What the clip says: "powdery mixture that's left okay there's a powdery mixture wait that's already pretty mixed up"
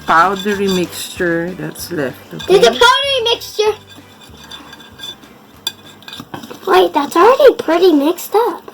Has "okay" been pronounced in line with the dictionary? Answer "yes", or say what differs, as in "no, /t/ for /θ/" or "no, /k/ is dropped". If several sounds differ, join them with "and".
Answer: no, /k/ is dropped